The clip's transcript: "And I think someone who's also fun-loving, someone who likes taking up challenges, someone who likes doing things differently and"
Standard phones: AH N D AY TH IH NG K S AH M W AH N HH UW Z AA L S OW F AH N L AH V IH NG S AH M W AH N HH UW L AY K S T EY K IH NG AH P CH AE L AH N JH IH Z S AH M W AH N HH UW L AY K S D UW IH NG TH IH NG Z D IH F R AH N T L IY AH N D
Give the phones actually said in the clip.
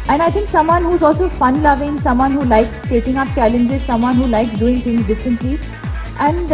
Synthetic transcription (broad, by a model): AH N AY T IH NG K S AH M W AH N HH UW Z AA L S OW F AH N L AH V IH NG S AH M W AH N HH UW L AY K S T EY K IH NG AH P CH AE L AH N JH IH Z S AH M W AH N HH UW L AY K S D UW IH NG T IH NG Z D IH F R AH N T L IY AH N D